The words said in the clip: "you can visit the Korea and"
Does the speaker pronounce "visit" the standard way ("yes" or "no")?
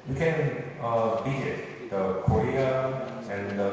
no